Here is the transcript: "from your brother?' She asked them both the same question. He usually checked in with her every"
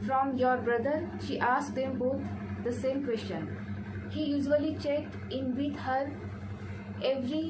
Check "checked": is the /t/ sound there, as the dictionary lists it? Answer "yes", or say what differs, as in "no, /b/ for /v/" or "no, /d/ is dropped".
yes